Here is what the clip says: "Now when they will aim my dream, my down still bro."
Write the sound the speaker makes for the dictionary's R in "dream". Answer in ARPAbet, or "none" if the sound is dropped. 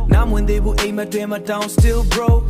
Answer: none